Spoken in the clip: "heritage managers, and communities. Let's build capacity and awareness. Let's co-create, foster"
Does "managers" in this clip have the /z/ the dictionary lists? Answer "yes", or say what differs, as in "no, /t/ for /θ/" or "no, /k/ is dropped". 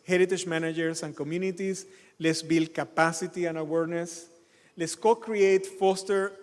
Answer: no, /s/ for /z/